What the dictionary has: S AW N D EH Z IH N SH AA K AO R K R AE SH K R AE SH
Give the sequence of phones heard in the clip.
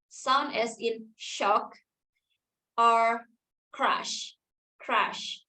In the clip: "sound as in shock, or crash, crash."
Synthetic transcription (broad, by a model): S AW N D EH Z IH N SH AA K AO R K R AE SH K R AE SH